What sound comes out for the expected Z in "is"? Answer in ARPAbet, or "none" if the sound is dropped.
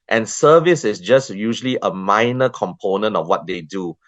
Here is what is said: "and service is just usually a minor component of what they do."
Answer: S